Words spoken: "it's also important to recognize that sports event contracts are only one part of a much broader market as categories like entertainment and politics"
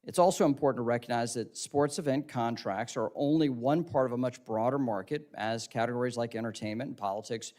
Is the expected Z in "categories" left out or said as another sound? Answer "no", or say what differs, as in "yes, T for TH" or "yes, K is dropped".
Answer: no